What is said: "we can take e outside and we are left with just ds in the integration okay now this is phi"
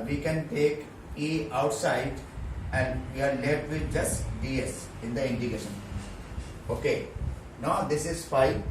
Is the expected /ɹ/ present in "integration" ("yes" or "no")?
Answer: no